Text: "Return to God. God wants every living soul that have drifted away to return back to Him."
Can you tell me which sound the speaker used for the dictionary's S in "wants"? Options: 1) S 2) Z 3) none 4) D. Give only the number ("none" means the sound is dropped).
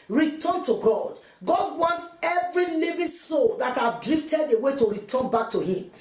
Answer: 3